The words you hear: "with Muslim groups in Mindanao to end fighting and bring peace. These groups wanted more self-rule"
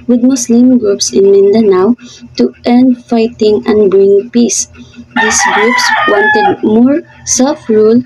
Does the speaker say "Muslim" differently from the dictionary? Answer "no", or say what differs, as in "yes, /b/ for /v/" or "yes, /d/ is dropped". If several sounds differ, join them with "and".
yes, /s/ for /z/